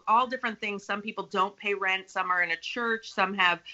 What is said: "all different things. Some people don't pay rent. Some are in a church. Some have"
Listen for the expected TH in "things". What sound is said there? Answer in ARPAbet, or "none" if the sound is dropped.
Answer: TH